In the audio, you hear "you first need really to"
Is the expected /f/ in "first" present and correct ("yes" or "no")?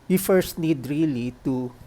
yes